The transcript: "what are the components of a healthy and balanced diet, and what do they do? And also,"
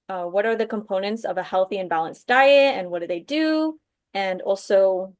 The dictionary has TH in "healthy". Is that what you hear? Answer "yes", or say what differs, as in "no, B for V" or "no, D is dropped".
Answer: yes